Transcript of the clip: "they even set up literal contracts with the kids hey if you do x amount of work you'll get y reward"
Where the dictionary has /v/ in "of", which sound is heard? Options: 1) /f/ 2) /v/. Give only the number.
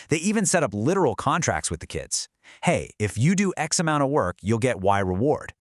2